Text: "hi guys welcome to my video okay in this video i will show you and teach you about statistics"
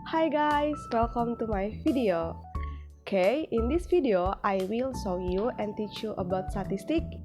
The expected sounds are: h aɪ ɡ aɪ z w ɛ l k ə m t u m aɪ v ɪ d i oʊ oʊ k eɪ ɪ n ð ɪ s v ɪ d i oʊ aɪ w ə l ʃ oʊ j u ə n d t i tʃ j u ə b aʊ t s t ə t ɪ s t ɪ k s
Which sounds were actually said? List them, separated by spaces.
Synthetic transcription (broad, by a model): h aɪ ɡ aɪ s w ɛ l k ə m t u m aɪ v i d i oʊ oʊ k eɪ ɪ n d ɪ s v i d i oʊ aɪ w ə l s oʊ j u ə n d t i tʃ j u ə b aʊ t s t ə t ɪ s t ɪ k